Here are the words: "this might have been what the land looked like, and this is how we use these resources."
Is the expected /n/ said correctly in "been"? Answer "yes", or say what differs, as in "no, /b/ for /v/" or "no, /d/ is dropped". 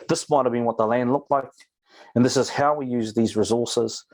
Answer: yes